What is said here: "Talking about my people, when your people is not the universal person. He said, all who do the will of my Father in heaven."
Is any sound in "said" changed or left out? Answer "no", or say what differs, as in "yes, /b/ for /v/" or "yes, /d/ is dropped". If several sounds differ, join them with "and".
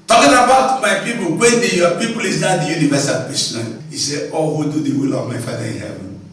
yes, /d/ is dropped